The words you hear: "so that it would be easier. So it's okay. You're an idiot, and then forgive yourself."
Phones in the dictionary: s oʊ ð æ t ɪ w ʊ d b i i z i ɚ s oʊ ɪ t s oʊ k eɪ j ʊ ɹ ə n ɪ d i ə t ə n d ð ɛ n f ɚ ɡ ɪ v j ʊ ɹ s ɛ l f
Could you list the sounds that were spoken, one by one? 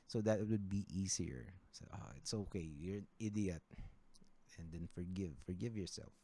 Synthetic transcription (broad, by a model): s oʊ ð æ t w ʊ d b i i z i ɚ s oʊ ɪ t s oʊ k eɪ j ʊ ɹ ə n ɪ d i ə t ə n d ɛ n f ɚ ɡ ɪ v j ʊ ɹ s ɛ l f